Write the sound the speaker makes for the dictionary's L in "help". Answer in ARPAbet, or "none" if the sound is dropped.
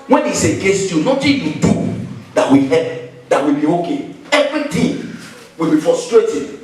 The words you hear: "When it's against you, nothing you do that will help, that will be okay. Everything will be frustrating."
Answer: none